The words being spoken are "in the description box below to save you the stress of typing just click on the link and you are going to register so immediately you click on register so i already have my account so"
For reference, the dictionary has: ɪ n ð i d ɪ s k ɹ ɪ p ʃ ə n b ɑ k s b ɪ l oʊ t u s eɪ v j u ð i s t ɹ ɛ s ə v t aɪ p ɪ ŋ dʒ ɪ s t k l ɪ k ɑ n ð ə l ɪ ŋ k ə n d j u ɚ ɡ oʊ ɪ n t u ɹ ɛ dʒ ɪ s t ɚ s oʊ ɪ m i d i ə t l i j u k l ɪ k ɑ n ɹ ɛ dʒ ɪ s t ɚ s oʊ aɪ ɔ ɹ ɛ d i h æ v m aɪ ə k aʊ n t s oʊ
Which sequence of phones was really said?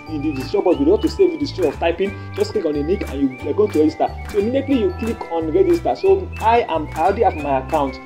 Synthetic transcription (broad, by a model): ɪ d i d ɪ s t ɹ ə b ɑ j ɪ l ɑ t u s eɪ v j u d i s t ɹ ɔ ə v t aɪ p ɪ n dʒ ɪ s k l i k ɑ n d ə n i k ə n j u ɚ ɡ oʊ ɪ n t u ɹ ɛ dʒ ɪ s t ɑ s oʊ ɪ m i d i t l i j u k l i k ɑ n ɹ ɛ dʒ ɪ s t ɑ s oʊ aɪ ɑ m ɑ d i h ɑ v m aɪ ə k aʊ n t